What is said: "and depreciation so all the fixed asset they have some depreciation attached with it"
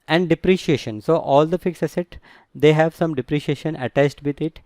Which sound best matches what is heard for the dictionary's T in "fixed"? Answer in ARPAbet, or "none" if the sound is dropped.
none